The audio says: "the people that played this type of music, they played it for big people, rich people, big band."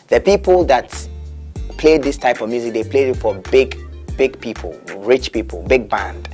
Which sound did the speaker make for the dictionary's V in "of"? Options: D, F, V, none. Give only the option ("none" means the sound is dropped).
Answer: V